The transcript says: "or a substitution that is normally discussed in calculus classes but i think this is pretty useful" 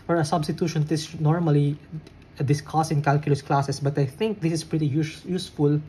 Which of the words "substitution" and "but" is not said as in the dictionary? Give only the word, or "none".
none